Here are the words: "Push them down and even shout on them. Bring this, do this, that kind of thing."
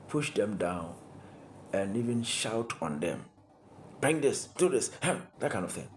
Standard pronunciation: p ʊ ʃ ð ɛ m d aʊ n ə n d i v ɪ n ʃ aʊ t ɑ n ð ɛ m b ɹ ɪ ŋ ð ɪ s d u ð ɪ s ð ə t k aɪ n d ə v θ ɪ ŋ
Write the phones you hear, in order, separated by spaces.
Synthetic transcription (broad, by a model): p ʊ ʃ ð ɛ m d aʊ n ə n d i v ɪ n ʃ aʊ t ɑ n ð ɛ m b ɹ ɪ ŋ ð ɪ s d u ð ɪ s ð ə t k aɪ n ə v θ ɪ ŋ